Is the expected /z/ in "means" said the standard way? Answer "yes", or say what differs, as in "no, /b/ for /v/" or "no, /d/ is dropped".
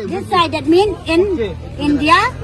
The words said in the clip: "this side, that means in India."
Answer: no, /z/ is dropped